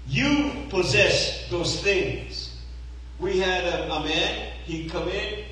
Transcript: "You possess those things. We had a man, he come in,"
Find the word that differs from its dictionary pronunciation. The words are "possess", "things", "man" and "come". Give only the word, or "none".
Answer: none